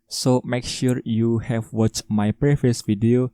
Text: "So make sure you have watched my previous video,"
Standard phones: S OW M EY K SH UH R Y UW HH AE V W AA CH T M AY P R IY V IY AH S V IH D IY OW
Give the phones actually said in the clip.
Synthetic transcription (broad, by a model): S OW M EY K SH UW R Y UW HH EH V W AA CH T M AY P R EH F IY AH S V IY D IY OW